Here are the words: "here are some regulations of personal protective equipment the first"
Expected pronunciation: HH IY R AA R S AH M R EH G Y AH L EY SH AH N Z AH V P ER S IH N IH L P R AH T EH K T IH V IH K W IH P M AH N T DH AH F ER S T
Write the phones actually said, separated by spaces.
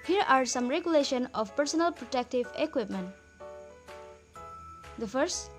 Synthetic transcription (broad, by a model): HH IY R AA R S AH M R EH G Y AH L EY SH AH N AH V P ER S IH N IH L P R AH T EH K T IH V IH K W IH P M AH N T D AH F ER S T